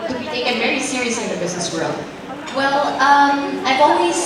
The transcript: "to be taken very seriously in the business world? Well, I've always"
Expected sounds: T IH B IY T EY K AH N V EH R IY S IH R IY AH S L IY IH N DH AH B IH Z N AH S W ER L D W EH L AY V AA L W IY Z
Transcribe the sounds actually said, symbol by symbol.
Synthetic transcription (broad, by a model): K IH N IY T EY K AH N V EH R IY S IH R IY AH S L IY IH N DH AH B IH Z N AH S W ER L D W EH L AY V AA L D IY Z